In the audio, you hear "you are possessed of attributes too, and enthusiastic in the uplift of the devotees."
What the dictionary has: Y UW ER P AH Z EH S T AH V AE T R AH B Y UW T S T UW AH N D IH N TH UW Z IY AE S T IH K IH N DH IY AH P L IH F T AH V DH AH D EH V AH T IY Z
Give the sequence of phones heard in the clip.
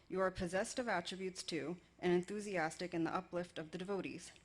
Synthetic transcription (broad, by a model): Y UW ER P AH Z EH S T AH V AE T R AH B Y UW T S T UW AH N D IH N TH UW Z IY AE S T IH K IH N DH IY AH P L IH F T AH V DH AH D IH V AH T IY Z